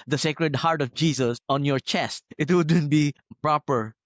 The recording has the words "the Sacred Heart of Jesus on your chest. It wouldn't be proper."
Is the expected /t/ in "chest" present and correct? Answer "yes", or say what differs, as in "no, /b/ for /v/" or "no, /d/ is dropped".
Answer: yes